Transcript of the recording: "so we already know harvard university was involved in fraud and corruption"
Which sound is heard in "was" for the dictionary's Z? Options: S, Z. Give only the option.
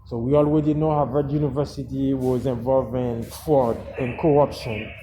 Z